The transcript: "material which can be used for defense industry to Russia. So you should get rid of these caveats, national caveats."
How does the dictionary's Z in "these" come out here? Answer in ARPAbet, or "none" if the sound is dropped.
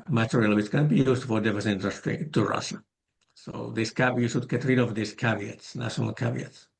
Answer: S